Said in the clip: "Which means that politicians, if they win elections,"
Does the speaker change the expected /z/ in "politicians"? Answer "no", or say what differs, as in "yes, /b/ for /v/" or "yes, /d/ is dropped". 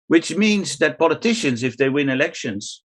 no